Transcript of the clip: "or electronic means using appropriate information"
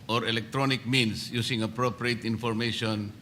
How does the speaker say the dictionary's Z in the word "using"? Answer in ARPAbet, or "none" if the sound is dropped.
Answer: S